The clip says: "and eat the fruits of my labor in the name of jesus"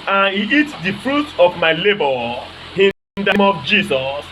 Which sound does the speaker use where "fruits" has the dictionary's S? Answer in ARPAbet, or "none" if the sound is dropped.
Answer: none